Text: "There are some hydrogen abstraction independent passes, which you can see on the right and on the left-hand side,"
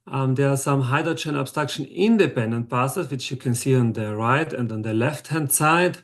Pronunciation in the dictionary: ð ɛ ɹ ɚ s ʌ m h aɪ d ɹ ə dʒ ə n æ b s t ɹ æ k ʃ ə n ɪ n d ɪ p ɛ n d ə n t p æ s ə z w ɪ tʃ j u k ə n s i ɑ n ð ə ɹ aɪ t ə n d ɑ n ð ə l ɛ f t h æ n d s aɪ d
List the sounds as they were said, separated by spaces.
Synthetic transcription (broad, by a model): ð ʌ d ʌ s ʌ m h aɪ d ə tʃ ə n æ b s t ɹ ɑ k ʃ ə n ɪ n d ɪ p ɛ n d ə n t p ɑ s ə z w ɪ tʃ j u k ə n s i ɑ n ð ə ɹ aɪ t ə n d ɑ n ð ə l ɛ f t h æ n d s aɪ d